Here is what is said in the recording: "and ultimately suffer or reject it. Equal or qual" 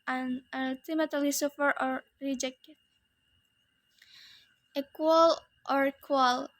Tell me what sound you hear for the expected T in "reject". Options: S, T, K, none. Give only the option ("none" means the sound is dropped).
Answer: none